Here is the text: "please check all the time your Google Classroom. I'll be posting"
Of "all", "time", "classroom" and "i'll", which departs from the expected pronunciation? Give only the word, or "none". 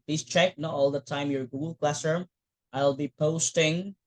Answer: classroom